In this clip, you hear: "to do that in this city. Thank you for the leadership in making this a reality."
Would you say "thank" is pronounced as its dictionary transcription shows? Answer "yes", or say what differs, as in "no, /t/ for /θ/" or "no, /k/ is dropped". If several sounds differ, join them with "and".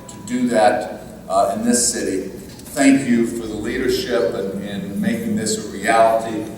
yes